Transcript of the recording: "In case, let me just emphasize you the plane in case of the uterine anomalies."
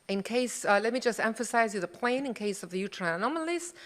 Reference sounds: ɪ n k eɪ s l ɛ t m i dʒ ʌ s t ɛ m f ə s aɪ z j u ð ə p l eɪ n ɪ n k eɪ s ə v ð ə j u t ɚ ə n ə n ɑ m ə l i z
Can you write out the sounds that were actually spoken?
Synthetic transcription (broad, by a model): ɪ n k eɪ s l ɛ t m i dʒ ʌ s t ɛ m f ə s aɪ z j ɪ ð ə p l eɪ n ɪ n k eɪ s ə v ð ə j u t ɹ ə n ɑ m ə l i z